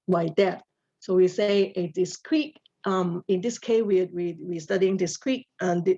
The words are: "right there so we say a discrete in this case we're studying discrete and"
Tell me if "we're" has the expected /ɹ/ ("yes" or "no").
no